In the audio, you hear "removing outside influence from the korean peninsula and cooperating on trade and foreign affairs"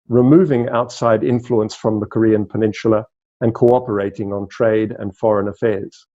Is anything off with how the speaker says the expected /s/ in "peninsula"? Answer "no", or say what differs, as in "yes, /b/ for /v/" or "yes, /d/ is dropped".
yes, /ʃ/ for /s/